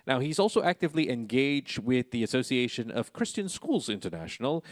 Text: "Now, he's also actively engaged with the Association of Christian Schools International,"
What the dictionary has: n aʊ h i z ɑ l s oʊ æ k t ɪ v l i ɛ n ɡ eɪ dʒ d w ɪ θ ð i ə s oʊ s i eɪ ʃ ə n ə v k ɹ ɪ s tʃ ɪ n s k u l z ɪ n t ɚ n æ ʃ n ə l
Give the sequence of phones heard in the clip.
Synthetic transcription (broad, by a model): n aʊ h i z ɑ l s oʊ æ k t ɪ v l i ɛ n ɡ eɪ dʒ d w ɪ ð i ə s oʊ s i eɪ ʃ ə n ə v k ɹ ɪ s tʃ ɪ n s k u l z ɪ n t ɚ n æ ʃ n l